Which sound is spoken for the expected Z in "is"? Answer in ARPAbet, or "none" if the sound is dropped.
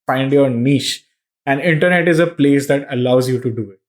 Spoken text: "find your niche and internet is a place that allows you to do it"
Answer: Z